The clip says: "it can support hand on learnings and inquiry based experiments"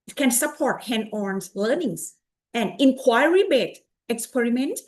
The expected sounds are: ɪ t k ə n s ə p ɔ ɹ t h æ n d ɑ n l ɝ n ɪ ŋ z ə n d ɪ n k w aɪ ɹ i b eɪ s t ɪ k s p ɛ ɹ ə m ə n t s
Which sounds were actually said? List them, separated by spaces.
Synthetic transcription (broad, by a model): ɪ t k ə n s ə p ɔ ɹ t h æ n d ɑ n l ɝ n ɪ ŋ s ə n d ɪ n k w aɪ ɹ i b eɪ t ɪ k s p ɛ ɹ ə m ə n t